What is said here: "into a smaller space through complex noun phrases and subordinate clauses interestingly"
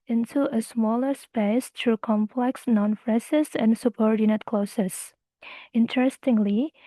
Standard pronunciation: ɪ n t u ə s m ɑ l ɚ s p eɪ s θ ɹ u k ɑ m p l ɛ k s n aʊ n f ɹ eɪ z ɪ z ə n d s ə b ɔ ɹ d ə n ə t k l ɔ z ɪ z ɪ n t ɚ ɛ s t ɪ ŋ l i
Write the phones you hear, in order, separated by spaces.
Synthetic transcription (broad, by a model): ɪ n t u ə s m ɑ l ɚ s p eɪ s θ ɹ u k ɑ m p l ɛ k s n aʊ n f ɹ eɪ s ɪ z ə n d s ə b ɔ ɹ d ə n ə t k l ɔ s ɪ s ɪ n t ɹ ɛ s t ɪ ŋ l i